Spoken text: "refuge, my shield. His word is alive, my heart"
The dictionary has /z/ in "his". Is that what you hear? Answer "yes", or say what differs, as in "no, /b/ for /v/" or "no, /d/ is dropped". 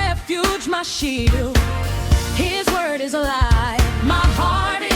yes